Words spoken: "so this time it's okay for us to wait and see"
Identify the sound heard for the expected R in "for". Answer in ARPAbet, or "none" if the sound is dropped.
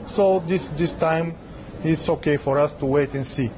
R